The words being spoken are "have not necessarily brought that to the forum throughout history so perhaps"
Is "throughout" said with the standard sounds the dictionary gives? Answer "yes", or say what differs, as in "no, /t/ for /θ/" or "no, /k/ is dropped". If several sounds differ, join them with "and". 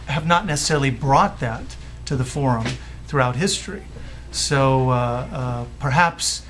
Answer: yes